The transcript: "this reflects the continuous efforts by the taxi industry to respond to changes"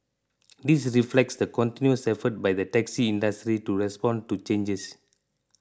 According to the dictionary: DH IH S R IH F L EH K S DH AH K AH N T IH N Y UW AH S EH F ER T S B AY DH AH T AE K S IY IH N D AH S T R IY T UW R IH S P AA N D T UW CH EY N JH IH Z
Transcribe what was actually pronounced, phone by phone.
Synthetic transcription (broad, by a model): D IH S R IH F L EH K S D AH K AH N T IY N Y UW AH S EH F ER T B AY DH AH T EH K S IY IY N D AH S T R IY T UW R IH S P AA N T UW CH EY N JH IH S